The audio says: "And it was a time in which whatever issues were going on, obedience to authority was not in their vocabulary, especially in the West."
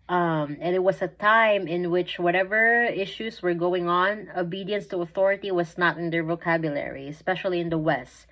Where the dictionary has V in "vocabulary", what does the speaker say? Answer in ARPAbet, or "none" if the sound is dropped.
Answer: V